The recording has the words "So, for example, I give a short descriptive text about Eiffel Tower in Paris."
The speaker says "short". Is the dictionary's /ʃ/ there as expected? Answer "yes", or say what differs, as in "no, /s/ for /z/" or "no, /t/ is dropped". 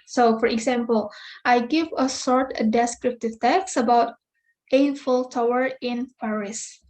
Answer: no, /s/ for /ʃ/